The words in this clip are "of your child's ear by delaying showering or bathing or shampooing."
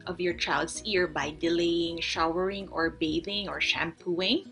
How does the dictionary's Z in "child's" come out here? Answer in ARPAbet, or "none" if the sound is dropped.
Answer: S